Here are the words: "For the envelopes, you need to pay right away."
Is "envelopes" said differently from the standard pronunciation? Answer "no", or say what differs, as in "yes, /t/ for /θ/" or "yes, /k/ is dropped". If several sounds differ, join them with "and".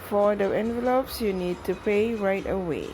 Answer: no